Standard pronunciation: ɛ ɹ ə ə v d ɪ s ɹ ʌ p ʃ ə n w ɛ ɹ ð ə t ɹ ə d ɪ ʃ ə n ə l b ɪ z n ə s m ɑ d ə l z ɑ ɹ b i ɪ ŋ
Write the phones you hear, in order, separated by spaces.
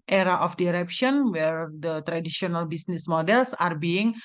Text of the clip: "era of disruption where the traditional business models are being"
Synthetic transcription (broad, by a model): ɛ ɹ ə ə f d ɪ ɹ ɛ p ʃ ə n w ɛ ɹ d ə t ɹ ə d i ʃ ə n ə l b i s n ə s m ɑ d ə l s ɑ ɹ b i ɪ ŋ